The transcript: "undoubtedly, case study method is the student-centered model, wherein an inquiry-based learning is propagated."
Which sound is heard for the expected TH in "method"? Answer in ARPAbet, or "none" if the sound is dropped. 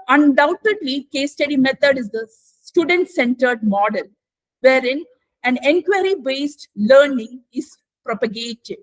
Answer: T